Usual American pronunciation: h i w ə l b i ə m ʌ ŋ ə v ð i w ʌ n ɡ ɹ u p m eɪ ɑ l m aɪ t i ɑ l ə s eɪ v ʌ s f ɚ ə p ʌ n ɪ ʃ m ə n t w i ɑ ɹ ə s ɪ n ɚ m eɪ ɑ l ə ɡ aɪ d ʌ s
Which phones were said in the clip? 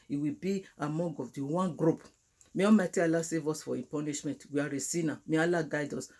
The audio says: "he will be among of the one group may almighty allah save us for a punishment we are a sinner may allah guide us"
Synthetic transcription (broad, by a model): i w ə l b i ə m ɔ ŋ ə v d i w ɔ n ɡ ɹ u p m eɪ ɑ m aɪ t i ɑ l ə s eɪ v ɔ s f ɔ ə p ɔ n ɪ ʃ m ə n t w i ɑ ɹ ə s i n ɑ m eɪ ɑ l ə ɡ aɪ d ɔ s